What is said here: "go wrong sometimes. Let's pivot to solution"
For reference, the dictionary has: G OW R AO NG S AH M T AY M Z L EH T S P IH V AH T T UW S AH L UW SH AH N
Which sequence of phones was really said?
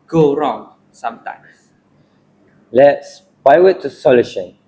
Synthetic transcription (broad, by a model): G OW R AO NG S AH M T AY M S L EH T S B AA W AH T T UW S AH L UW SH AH N